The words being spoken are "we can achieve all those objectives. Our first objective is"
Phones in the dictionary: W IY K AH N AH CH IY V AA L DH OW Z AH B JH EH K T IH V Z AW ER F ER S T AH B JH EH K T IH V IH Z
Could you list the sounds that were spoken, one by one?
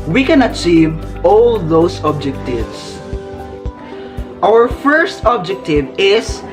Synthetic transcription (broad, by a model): W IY K AH N AH CH IY V AA L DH OW S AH B JH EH K T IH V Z AW ER F ER S T AH B JH EH K T IH V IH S